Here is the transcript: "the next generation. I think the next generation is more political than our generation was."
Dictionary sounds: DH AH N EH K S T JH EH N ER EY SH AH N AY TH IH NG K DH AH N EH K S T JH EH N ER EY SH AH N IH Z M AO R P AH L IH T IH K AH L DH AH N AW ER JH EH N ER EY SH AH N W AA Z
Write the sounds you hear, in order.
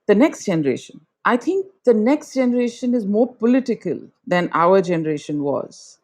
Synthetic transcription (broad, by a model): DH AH N EH K S T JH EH N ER EY SH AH N AY T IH NG K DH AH N EH K S T JH EH N ER EY SH AH N IH Z M AO R P AH L IH T IH K AH L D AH N AW ER JH EH N ER EY SH AH N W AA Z